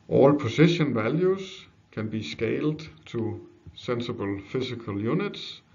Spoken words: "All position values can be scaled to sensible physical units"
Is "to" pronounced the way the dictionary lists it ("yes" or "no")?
no